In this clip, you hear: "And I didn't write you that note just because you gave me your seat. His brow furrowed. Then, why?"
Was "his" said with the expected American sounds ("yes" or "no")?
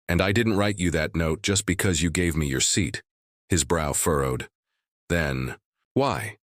yes